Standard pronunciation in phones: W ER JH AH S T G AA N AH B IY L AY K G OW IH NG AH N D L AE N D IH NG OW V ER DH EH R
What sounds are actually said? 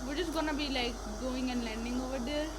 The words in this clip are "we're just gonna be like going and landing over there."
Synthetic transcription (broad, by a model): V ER JH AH S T G AA N AH B IY L AY K G OW IH NG AH N D L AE N D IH NG OW V ER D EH R